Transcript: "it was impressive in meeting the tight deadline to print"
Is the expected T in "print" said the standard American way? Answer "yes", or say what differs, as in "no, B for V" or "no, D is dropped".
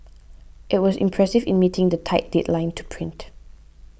yes